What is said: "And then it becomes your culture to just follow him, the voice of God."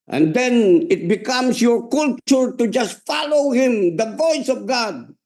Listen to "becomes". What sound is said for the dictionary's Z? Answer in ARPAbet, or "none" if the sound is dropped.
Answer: S